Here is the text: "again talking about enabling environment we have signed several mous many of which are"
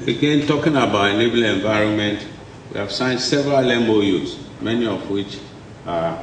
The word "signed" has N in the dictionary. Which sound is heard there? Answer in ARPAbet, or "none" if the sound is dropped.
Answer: N